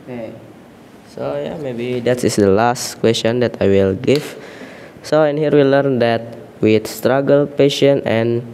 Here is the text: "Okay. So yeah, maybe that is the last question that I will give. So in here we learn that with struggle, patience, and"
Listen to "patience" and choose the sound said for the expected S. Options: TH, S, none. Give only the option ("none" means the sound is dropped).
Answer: none